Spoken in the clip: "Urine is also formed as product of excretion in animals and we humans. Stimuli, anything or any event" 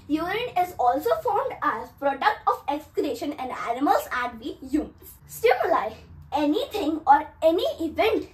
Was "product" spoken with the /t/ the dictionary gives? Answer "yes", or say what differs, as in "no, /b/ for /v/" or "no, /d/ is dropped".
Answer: yes